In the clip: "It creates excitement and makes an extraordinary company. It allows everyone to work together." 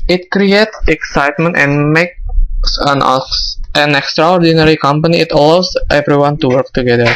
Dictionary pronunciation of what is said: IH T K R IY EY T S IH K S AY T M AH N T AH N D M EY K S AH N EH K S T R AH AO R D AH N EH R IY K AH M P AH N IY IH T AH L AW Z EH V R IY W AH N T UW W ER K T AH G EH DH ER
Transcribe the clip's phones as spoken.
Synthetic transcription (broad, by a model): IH T K R IY EY T S IH K S AY T M AH N T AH N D M EY K S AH N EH K S T R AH AO R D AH N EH R IY K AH M P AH N IY IH T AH L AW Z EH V R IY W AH N T UW W ER K T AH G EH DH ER